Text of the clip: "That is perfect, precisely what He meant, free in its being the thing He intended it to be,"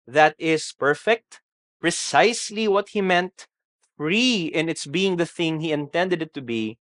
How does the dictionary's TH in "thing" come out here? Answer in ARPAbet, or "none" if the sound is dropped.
TH